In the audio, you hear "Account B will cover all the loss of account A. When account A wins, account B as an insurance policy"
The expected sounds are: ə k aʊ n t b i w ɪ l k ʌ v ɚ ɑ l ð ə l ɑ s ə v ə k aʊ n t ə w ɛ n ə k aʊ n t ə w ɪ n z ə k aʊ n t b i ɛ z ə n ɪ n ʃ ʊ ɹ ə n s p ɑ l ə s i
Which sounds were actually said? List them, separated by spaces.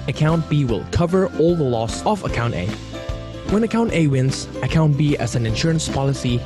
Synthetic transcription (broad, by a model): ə k aʊ n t b i w ɪ l k ʌ v ɚ ɑ l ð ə l ɑ s ə v ə k aʊ n t ə w ɛ n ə k aʊ n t ə w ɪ n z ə k aʊ n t b i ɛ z ə n ɪ n ʃ ʊ ɹ ə n s p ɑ l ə s i